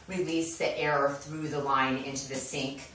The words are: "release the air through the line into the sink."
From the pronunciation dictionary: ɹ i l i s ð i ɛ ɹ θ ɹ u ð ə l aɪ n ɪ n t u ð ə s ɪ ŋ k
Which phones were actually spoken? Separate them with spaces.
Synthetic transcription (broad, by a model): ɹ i l i s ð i ɛ ɹ θ ɹ u ð ə l aɪ n ɪ n t u ð ə s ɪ ŋ k